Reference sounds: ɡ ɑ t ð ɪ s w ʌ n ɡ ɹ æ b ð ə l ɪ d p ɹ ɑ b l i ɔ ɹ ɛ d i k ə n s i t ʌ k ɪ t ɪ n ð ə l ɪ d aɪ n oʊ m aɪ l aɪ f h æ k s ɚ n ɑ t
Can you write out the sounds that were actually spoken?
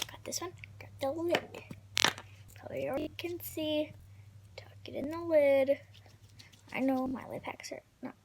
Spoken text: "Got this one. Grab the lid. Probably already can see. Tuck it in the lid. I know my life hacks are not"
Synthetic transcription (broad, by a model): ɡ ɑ t ð ɪ s w ʌ n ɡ ɑ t ð ə l ɪ d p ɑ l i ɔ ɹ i k ə n s i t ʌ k ɪ t ɪ n ð ə l ɪ d aɪ n oʊ m aɪ l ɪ p h æ k s ɚ n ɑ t